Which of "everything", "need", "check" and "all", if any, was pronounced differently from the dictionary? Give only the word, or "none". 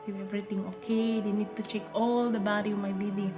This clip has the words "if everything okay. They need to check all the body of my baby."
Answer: everything